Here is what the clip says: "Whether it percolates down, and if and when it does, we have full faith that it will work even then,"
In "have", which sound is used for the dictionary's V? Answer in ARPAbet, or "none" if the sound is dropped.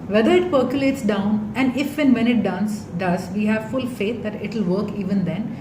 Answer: V